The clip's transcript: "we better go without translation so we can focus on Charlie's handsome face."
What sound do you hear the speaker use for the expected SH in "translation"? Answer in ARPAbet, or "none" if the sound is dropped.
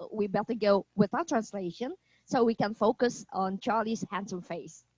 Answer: SH